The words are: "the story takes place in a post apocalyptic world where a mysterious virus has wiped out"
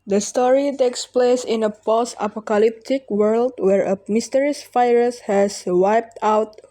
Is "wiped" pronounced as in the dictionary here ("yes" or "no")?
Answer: yes